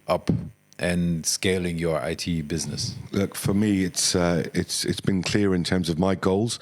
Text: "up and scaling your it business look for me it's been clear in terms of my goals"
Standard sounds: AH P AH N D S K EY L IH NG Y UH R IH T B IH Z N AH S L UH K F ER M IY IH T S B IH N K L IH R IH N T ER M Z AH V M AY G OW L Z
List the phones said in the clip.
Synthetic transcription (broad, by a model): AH P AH N S K EY L IH NG Y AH R IH T B IH Z N AH S L UH K F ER M IY IH T S B IH N K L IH R IH N T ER M Z AH V M AY G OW L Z